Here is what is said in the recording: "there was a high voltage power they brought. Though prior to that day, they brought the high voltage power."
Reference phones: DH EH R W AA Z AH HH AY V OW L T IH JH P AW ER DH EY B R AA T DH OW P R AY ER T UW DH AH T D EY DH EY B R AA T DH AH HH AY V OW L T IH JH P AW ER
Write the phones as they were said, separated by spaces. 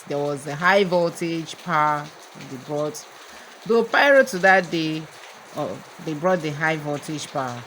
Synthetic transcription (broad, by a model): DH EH W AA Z AH HH AY V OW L T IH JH P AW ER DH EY B R AA T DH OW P AY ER T UW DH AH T D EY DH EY B R AA T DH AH HH AY V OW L T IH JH P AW